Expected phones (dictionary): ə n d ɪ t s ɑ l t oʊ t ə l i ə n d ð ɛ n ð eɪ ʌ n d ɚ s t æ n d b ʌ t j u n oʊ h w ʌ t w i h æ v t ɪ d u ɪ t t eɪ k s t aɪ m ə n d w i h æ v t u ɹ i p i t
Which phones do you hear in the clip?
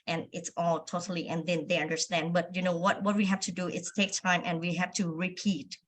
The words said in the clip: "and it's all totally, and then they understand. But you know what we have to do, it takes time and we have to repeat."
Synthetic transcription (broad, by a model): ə n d ɪ t s ɑ l t oʊ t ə l i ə n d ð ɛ n ð eɪ ʌ n d ɚ s t æ n d b ʌ t j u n oʊ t w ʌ t w i h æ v t ɪ d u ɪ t t eɪ k t aɪ m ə n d w i h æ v t u ɹ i p i t